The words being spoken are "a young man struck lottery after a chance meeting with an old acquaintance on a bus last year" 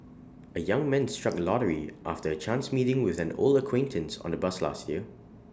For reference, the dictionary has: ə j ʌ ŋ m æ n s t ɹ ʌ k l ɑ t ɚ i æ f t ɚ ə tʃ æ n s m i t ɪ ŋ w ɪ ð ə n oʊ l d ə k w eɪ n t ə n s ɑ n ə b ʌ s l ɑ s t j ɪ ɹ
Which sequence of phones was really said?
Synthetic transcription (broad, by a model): ə j ʌ ŋ m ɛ n s t ɹ ʌ k l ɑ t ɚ i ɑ f t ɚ ə tʃ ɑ n s m i t ɪ ŋ w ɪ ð ə n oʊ l ə k w eɪ n t ə n s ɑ n ə b ʌ s l ɑ s t j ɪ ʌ